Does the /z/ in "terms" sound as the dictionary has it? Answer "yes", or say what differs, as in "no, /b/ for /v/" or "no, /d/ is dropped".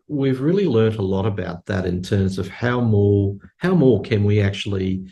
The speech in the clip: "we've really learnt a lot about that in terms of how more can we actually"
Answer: yes